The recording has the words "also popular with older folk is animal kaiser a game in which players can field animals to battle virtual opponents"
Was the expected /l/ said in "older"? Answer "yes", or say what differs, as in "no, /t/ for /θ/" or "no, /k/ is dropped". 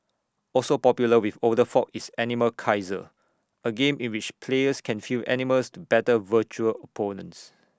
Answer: no, /l/ is dropped